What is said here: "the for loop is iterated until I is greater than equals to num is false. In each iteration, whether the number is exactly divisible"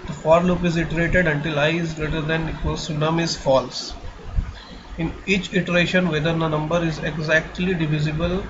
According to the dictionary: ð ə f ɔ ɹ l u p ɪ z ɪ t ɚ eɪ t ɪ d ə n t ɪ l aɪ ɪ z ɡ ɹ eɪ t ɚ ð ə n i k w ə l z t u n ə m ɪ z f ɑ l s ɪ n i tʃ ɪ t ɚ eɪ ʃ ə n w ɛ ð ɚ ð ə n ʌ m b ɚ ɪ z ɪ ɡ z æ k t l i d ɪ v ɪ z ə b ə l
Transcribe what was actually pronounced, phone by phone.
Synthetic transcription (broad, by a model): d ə f ɔ ɹ l u p ɪ z ɪ t ɚ eɪ t ɪ d ə n t ɪ l aɪ ɪ z ɡ ɹ eɪ t ɚ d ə n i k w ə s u n ə m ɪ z f ɑ l s ɪ n i tʃ ɪ t ɚ eɪ ʃ ə n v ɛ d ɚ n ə n ʌ m b ɚ ɪ z ɪ ɡ z æ k t l i d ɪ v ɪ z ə b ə l